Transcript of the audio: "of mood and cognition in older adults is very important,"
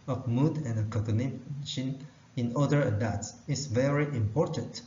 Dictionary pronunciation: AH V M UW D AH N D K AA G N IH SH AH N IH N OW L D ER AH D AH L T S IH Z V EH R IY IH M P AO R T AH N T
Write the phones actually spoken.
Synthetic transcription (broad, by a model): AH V M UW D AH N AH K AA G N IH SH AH N IH N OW D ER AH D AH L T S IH S V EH R IY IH M P AO R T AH N T